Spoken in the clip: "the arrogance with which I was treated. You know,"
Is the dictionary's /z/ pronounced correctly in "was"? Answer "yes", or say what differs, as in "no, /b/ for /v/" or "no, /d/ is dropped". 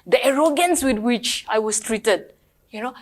no, /s/ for /z/